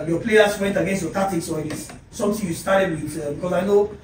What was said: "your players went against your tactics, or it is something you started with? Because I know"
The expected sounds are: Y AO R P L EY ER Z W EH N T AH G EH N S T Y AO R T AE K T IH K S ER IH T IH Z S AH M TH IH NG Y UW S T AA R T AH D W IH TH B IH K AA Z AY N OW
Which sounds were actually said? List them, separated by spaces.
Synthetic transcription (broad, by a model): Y AO P L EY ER S W EH N T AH G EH N S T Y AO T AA T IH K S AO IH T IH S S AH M T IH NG Y UW S T AA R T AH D W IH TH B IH K AA S AY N OW